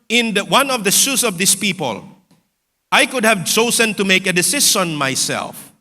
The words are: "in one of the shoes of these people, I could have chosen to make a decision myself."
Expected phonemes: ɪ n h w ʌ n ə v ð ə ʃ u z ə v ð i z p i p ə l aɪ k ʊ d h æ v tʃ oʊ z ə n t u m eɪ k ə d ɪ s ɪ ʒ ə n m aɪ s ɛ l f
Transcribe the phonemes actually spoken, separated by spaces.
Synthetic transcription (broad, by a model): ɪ n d w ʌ n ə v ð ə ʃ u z ə v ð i s p i p ə l aɪ k ʊ d h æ v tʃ oʊ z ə n t u m eɪ k ə d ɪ s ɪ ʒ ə n m aɪ s ɛ l f